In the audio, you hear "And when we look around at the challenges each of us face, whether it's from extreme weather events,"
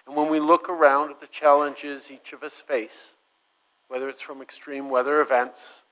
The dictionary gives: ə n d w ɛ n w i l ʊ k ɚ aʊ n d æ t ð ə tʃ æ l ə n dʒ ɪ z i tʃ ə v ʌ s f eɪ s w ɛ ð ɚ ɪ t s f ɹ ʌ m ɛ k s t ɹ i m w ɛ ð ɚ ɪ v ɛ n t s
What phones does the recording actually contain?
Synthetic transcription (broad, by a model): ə n w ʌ n w i l ʊ k ɚ aʊ n d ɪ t ð ə tʃ æ l ə n dʒ ɪ z i tʃ ə v ʌ s f eɪ s w ɛ ð ɚ ɪ t s f ɹ ʌ m ɛ k s t ɹ i m w ɛ ð ɚ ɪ v ɛ n t s